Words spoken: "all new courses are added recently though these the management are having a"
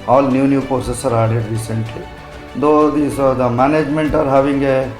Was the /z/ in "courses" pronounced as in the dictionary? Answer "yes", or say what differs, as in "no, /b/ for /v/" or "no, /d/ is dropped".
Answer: no, /s/ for /z/